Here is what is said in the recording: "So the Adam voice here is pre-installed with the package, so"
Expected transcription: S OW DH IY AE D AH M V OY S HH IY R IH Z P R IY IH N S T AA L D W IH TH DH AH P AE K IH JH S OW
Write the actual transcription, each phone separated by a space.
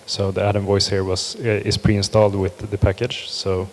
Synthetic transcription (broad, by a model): S OW DH IY AE D AH M V OY S HH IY R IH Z P R IY IH N S T AA L D W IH DH AH P AE K IH JH S OW